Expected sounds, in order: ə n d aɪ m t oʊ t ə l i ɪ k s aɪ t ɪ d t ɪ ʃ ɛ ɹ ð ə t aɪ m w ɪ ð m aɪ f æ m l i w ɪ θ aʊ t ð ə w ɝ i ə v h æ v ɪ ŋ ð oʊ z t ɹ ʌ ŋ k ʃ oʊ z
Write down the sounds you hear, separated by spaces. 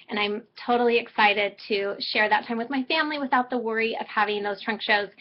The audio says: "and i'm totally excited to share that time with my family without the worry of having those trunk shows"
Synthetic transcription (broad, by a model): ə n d aɪ m t oʊ t l i ɪ k s aɪ t ɪ d t ɪ ʃ ɛ ɹ ð ə t aɪ m w ɪ ð m aɪ f æ m l i w ɪ θ aʊ t ð ə w ɝ i ə v h æ v ɪ ŋ ð oʊ z t ɹ ʌ ŋ k ʃ oʊ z